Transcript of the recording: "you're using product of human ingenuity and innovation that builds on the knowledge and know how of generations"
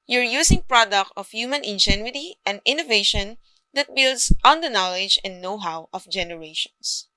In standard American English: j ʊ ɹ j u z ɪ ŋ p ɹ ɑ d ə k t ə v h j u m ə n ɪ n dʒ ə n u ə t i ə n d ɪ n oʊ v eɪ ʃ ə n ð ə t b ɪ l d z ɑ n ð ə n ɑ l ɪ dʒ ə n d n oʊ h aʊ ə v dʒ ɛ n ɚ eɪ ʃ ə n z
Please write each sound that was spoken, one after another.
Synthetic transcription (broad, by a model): j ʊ ɹ j u s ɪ ŋ p ɹ ɑ d ə k t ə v h j u m ə n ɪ n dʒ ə n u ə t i ə n d ɪ n oʊ v eɪ ʃ ə n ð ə t b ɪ l d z ɑ n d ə n ɑ l ɪ dʒ ə n d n oʊ h aʊ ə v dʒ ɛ n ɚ eɪ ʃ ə n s